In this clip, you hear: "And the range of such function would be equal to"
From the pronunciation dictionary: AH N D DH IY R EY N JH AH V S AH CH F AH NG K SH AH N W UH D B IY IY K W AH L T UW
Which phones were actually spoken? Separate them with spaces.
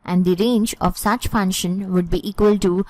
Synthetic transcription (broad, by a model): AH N D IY R EY N JH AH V S AH CH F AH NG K SH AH N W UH D B IY IY K W AH L T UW